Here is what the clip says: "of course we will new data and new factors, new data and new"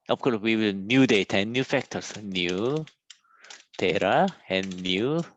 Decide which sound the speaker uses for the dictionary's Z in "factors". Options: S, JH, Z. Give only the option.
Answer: S